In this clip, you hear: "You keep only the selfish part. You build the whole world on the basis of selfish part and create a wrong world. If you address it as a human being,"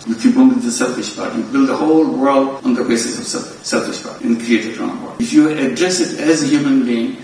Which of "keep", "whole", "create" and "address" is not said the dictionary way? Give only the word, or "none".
keep